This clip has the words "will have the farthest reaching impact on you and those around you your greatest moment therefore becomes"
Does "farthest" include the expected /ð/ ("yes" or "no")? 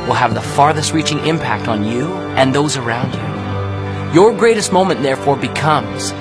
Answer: yes